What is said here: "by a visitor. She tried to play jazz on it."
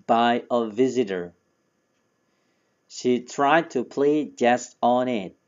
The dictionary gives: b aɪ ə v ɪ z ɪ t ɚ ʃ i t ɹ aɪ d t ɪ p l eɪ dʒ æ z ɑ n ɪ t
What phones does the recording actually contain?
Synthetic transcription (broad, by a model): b aɪ ə v ɪ z ɪ t ɚ ʃ i t ɹ aɪ d t ɪ p l eɪ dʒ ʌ s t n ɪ t